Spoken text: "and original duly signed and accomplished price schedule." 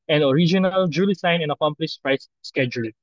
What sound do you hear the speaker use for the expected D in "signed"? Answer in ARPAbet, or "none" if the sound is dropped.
none